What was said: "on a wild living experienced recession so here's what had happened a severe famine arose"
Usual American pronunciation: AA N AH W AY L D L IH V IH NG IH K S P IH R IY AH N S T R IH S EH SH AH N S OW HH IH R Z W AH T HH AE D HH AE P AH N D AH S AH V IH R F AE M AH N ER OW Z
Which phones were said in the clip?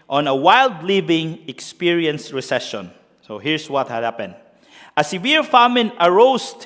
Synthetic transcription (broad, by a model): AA N AH W AY L D L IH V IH NG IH K S P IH R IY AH N S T R IH S EH SH AH N S OW HH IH R S W AH T HH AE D HH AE P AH N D AH S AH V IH R F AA M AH N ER OW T